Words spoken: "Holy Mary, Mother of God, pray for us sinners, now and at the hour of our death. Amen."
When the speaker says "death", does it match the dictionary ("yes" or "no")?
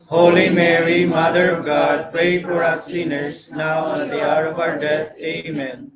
no